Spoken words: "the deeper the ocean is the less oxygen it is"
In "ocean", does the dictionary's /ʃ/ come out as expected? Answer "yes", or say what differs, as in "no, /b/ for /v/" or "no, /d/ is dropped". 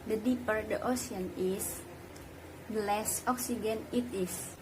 no, /s/ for /ʃ/